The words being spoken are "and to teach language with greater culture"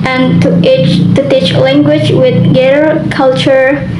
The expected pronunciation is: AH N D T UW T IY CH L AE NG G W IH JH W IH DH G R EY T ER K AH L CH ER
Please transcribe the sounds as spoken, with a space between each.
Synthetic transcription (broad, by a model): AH N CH T UW T IY CH L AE NG G W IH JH W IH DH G EY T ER K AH L CH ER